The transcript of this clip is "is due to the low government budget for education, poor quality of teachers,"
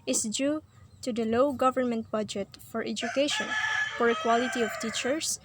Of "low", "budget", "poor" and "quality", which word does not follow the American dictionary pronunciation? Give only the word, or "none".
poor